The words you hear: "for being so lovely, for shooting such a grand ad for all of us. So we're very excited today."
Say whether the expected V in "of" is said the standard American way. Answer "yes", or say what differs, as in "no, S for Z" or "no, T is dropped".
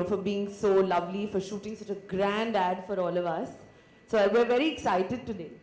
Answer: yes